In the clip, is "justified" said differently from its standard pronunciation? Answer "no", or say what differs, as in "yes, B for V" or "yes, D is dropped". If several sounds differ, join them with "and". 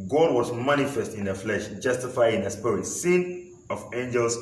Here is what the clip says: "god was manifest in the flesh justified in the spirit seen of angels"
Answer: yes, D is dropped